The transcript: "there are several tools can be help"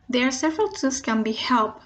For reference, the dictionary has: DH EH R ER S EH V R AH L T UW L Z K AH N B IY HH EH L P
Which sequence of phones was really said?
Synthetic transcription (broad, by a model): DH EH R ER S EH V R AH L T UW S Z K AH N B IY HH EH L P